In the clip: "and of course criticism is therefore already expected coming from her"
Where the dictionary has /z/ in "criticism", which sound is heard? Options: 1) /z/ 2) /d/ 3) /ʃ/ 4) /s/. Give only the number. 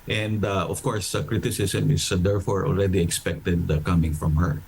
4